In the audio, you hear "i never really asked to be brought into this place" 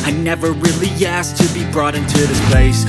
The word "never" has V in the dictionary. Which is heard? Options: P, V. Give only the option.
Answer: V